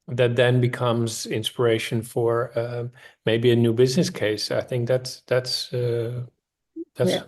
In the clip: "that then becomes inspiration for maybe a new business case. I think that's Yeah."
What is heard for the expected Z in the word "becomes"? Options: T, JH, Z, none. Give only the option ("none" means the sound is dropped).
Z